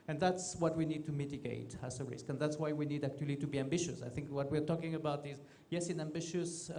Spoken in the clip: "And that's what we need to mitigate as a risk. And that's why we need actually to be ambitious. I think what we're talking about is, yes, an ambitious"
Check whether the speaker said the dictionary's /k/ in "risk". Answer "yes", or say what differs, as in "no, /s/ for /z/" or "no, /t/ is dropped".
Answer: yes